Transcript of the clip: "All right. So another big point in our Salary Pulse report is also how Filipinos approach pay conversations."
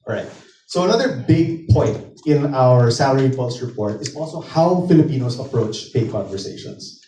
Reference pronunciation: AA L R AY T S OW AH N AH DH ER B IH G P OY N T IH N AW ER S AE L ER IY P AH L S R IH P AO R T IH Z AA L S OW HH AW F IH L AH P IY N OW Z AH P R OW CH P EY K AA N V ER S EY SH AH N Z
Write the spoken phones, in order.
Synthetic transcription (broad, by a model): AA R AY T S OW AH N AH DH ER B IH G P OY N T IH N AW ER S AE L ER IY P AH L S R IH P AO R T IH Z AA L S OW HH AW F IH L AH P IY N OW S AH P R OW CH P EY K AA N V ER S EY SH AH N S